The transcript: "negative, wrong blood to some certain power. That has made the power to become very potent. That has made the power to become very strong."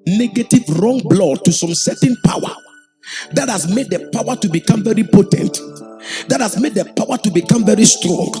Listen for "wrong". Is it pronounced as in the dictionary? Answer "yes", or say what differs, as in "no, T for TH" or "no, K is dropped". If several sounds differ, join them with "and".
yes